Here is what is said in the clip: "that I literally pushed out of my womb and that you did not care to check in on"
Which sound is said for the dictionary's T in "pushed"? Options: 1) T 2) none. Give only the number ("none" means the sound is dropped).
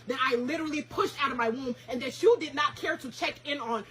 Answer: 1